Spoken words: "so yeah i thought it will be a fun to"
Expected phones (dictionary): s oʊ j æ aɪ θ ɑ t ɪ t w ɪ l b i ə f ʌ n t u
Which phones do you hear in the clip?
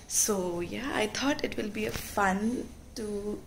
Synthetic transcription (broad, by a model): s oʊ j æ aɪ t ɑ t ɪ t w ɪ l b i ə f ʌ n t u